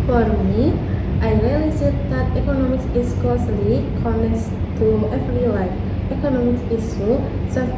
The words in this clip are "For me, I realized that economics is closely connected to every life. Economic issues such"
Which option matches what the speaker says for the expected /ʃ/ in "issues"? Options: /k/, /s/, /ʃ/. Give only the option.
/s/